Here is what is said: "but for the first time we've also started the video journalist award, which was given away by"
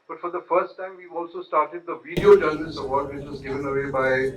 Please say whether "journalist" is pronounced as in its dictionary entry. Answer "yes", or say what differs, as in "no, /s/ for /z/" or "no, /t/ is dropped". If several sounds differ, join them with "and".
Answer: no, /t/ is dropped